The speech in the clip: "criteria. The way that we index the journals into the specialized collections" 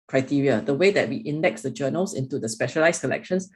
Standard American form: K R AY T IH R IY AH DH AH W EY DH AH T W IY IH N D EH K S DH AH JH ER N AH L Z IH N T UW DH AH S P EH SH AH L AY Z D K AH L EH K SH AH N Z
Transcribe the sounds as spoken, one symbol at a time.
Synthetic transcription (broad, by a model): K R AY T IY R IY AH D AH W EY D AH T W IY IH N D EH K S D AH JH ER N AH L S IH N T UW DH AH S P EH SH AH L AY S K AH L EH K SH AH N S